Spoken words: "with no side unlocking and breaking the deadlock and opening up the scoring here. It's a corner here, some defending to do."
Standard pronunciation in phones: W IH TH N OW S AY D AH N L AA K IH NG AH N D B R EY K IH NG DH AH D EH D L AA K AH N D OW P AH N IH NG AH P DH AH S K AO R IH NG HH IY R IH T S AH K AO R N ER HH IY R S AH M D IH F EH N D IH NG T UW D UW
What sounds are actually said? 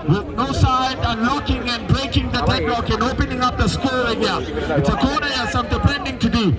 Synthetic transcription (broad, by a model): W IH N OW S AY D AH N L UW K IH NG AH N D B R EY K IH NG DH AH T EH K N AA K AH N OW P AH N IH NG AH P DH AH S K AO L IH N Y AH IH T S AH K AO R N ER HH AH S AH M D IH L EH N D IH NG T UW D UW